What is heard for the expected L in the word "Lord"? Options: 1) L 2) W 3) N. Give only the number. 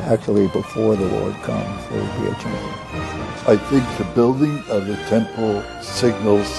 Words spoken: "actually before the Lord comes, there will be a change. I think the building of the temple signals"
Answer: 2